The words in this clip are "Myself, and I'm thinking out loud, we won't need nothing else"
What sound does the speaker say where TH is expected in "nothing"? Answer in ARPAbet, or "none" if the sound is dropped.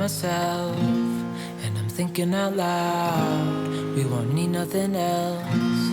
TH